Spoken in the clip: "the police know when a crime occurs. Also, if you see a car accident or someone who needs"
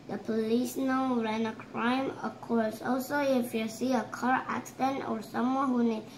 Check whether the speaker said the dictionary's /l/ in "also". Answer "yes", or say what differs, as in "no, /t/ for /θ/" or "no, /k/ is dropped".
yes